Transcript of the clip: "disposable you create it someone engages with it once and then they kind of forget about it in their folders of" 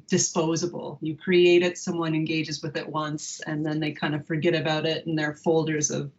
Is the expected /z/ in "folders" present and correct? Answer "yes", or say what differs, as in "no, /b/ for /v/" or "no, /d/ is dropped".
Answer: yes